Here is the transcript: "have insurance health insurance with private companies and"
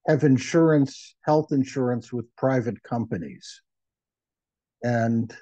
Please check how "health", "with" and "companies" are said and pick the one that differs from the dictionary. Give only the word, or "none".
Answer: none